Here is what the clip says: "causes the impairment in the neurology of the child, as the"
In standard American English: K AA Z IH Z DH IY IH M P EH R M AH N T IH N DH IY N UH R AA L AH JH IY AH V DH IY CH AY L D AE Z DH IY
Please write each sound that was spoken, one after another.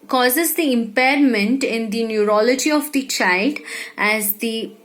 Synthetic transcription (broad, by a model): K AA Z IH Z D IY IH M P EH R M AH N T IH N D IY N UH R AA L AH JH IY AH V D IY CH AY L D AE Z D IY